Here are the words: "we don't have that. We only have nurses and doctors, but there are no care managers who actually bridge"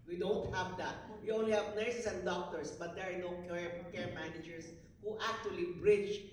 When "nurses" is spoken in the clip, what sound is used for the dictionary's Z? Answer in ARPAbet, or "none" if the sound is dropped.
S